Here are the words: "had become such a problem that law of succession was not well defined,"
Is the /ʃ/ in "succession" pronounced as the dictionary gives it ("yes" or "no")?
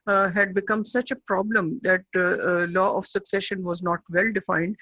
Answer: yes